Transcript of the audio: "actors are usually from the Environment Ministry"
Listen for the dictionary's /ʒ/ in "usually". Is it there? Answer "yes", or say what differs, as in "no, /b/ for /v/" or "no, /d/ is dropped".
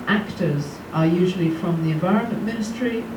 yes